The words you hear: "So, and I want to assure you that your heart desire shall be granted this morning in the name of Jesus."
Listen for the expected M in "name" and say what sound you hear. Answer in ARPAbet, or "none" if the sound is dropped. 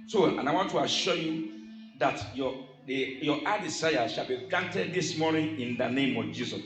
M